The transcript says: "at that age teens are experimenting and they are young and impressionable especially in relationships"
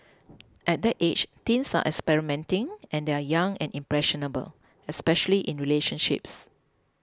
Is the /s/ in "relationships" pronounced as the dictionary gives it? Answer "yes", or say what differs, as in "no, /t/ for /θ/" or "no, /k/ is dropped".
yes